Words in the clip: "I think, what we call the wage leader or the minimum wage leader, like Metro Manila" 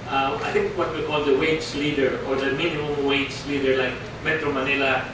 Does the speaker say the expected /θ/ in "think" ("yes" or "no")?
no